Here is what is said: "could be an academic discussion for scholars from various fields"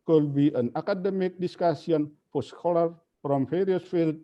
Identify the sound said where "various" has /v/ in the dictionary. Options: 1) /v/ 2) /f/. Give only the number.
2